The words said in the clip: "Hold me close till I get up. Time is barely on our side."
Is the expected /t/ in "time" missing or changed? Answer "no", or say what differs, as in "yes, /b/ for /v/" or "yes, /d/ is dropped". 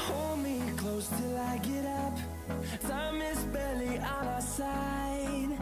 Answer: yes, /s/ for /t/